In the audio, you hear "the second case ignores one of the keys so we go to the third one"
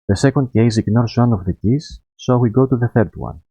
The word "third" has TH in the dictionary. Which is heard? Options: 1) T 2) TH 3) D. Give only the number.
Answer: 2